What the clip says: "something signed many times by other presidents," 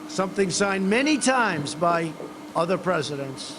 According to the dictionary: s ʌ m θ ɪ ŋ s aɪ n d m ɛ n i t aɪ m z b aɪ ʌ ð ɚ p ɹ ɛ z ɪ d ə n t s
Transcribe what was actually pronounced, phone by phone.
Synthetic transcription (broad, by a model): s ʌ m θ ɪ ŋ s aɪ n m ɛ n i t aɪ m z b aɪ ʌ ð ɚ p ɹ ɛ z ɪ d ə n t s